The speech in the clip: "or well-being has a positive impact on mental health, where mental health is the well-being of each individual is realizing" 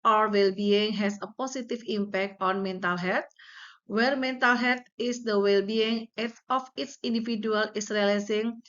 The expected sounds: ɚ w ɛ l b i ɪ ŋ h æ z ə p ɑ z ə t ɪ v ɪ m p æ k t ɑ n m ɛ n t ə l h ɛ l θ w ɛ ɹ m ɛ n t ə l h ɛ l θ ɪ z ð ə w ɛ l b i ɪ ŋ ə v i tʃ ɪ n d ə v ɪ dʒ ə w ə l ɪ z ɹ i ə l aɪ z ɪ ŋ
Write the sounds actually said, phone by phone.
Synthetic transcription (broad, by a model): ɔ w ɛ l b i ɪ ŋ h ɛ s ə p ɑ s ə t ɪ f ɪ m p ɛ k t ɑ n m ɛ n t ə l h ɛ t w ɛ ɹ m ɛ n t ə l h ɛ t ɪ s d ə w ɛ l b i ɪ ŋ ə f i s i n d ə f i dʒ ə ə l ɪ s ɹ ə l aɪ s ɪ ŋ